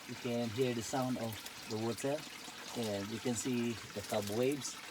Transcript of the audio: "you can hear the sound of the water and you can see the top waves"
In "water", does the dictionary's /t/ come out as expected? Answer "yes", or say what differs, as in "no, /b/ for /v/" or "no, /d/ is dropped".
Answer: no, /s/ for /t/